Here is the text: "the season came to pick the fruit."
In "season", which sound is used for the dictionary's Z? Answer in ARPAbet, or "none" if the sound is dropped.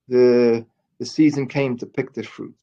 Z